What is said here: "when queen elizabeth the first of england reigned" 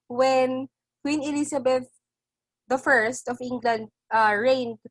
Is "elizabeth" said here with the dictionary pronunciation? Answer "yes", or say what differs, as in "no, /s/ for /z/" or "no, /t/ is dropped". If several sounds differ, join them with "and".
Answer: no, /s/ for /z/